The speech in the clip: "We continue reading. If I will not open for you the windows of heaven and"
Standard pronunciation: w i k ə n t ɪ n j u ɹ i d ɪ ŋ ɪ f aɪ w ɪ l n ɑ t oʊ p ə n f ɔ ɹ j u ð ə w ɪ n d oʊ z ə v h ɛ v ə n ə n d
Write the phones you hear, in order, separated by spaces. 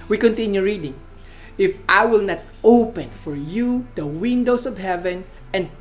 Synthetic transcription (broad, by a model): w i k ə n t ɪ n j u ɹ i d ɪ ŋ ɪ f aɪ w ɪ l n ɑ t oʊ p ə n f ɔ ɹ j u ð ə w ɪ n d oʊ s ə v h ɛ v ə n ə n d